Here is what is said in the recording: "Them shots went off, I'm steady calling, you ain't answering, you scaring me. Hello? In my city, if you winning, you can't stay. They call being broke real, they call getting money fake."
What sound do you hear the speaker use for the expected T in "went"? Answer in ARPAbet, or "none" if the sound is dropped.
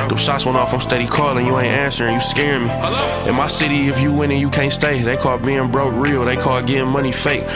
none